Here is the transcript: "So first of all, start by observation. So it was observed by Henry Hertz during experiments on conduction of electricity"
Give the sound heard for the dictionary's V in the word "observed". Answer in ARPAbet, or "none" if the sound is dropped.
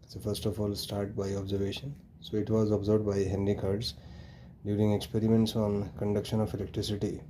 none